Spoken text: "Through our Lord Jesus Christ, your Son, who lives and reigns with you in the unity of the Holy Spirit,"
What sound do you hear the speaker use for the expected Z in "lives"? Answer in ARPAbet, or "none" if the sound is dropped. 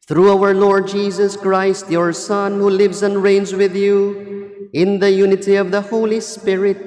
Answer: Z